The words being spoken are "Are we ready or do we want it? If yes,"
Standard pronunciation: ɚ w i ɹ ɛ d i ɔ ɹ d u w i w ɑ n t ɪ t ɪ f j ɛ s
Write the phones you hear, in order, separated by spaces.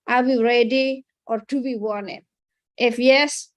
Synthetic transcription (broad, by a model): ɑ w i ɹ ɛ d i ɔ ɹ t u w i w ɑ n ɪ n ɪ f j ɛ s